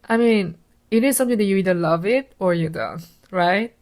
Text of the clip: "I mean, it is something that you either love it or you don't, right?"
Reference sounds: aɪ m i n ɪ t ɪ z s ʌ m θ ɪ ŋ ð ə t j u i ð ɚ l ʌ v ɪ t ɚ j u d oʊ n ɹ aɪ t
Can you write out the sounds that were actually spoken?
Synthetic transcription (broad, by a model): aɪ m i n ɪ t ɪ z s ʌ m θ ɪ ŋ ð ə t j u i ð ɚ l ʌ v ɪ t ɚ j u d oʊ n ɹ aɪ t